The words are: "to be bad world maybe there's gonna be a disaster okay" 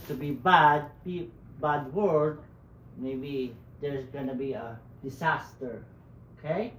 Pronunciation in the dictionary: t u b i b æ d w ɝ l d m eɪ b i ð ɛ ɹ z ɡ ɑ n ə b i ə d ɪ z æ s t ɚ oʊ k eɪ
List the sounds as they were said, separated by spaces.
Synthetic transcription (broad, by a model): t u b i b æ d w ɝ d m eɪ b i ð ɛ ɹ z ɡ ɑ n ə b i ə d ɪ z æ s t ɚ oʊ k eɪ